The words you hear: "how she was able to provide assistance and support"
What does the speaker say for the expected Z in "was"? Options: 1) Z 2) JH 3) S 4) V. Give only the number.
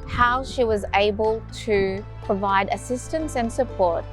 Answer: 1